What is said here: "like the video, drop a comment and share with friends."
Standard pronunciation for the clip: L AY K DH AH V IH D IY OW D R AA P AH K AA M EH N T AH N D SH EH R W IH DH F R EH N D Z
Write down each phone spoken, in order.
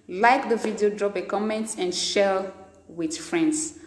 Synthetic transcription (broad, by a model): L AY K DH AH V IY D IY OW D R AA P AH K AA M EH N T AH N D SH EH L W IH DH F R EH N D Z